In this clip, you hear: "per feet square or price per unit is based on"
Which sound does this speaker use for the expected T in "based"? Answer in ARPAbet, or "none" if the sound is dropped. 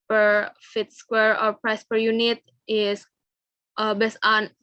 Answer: none